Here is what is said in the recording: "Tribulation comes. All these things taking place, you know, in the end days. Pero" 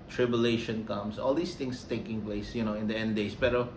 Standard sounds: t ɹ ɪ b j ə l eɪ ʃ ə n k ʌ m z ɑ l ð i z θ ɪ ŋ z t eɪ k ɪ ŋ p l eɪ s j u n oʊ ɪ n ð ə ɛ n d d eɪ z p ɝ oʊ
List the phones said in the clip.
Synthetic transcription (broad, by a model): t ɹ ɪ b j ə l eɪ ʃ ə n k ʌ m s ɑ l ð i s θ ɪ ŋ s t eɪ k ɪ ŋ p l eɪ s j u n oʊ ɪ n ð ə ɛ n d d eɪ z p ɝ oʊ